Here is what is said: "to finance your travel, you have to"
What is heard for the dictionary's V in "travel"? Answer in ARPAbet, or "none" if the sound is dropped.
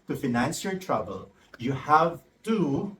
B